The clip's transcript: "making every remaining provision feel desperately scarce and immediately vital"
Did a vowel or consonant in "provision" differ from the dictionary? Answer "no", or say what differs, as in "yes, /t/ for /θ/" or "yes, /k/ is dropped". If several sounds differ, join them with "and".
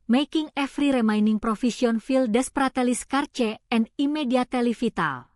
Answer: yes, /f/ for /v/ and /s/ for /ʒ/